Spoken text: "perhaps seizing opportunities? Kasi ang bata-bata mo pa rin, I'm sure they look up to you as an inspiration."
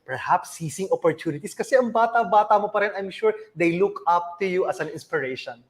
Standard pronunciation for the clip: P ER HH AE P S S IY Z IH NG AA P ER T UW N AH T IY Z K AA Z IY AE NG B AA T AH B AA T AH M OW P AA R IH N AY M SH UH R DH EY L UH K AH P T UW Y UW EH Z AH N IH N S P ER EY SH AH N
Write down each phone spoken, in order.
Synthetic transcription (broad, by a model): P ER HH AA P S S IY S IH NG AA P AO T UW N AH T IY S K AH S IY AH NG B AA T AH B AA T AH M OW P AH R IH N AY M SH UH R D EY L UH K AH P T UW Y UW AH S AH N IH N S P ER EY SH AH N